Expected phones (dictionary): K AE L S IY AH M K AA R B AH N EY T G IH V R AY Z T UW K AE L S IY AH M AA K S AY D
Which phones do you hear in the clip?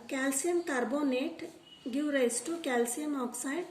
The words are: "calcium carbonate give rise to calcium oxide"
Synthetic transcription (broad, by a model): K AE L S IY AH M K AA R B AH N EY T G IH W R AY S T UW K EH L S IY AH M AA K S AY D